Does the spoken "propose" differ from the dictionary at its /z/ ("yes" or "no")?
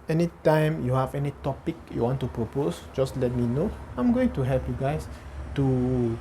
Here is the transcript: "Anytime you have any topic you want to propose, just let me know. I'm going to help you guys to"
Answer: yes